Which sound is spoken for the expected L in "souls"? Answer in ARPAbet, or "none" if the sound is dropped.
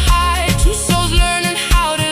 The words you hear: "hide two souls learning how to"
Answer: none